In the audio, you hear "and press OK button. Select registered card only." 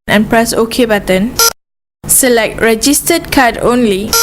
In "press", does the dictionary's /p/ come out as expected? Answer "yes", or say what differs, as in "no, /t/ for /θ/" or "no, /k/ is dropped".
yes